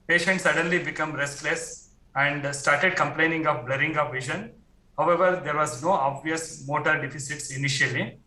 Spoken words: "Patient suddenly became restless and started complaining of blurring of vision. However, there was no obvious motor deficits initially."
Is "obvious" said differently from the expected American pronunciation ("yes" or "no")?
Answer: no